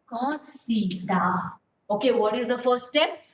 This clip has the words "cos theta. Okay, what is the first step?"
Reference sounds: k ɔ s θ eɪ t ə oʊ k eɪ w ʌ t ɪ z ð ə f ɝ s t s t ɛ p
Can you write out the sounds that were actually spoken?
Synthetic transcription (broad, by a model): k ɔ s t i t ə oʊ k eɪ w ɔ t ɪ z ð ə f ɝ t s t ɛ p